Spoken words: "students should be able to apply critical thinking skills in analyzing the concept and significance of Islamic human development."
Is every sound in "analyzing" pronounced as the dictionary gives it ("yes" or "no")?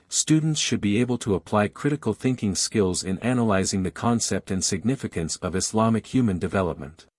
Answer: yes